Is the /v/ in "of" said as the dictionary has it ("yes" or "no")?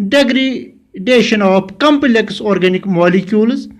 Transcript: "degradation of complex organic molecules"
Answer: no